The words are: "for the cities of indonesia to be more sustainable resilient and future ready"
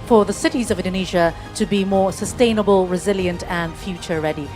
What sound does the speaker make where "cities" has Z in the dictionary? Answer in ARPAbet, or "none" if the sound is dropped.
Z